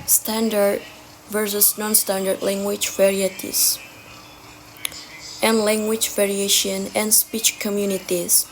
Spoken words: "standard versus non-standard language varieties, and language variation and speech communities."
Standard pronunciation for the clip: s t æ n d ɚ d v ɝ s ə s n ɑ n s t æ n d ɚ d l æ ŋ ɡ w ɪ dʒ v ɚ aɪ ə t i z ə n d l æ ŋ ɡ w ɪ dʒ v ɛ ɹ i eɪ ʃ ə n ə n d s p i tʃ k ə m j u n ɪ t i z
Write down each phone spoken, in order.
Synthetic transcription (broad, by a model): s t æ n d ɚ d v ɝ s ə s n ɑ n s t æ n d ɚ d l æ ŋ ɡ w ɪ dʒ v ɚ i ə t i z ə n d l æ ŋ ɡ w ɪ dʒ v ɛ ɹ i eɪ ʃ ə n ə n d s p i tʃ k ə m j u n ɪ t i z